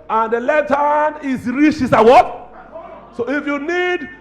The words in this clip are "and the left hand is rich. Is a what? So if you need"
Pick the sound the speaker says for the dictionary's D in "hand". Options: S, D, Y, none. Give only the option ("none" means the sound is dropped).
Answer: none